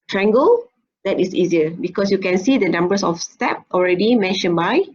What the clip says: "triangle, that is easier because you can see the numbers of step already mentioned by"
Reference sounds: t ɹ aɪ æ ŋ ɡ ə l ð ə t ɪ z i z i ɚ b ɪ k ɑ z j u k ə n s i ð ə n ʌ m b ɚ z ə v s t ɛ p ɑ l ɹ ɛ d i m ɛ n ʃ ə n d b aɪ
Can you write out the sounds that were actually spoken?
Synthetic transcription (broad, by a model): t ɹ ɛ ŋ ɡ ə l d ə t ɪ s i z i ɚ b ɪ k ɑ s j u k ə n s i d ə n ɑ m b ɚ s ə f s t ɛ p ɑ l ɹ ɛ d i m ɛ n ʃ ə n b aɪ